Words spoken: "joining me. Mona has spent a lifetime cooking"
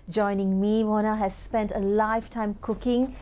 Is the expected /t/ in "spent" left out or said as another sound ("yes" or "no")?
no